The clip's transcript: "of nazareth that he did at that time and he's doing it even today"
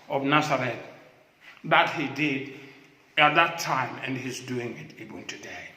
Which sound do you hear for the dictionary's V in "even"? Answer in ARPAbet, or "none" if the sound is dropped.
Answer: B